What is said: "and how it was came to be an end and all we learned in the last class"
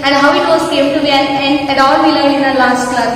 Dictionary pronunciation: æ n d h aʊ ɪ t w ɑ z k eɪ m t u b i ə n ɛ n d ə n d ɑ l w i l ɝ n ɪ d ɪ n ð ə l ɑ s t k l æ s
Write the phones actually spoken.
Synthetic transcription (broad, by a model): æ n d h aʊ ɪ t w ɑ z k eɪ m t u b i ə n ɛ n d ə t ɑ l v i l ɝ ɪ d ɪ n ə l ɑ s t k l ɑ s